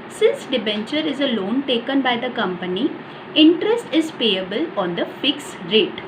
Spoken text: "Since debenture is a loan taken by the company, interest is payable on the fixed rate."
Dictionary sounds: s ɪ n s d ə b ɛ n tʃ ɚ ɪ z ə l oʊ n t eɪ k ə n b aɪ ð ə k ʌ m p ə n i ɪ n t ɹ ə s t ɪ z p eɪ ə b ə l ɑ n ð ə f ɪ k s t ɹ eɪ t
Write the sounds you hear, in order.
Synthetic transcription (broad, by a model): s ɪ n s d ə b ɛ n tʃ ɚ ɪ z ə l oʊ n t eɪ k ə n b aɪ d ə k ʌ m p ə n i ɪ n t ɹ ə s t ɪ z p eɪ ə b ə l ɑ n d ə f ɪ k s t ɹ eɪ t